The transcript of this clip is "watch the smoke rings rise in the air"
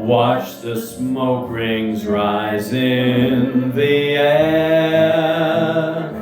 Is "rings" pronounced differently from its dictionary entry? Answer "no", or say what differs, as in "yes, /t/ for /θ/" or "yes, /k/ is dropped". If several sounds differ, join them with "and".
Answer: no